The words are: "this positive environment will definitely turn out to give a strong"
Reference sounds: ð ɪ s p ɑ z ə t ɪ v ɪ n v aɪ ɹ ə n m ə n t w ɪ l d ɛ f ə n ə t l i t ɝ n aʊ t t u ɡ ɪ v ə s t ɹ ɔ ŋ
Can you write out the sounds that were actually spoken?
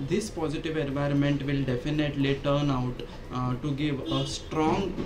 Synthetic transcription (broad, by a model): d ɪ s p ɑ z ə t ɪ v ɪ n v aɪ ɹ ə n m ə n t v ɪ l d ɛ f ə n ə t l i t ɝ n aʊ t t u ɡ ɪ v ə s t ɹ ɔ ŋ